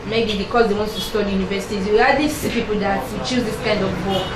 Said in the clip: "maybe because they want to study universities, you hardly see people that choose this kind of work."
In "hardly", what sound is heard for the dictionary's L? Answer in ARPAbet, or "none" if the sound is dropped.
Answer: none